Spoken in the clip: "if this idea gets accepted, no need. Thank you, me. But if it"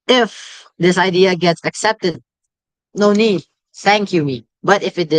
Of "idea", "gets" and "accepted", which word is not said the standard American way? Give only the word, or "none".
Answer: none